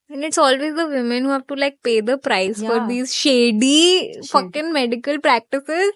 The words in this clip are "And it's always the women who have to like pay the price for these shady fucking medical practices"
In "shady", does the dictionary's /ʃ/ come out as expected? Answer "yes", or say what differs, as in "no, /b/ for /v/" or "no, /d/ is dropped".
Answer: yes